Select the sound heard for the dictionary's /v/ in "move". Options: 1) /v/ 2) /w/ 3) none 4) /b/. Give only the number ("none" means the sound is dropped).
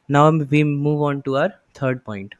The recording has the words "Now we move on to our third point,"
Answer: 1